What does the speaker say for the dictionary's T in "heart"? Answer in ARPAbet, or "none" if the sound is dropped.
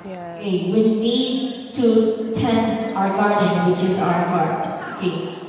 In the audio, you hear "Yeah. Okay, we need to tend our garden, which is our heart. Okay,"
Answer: none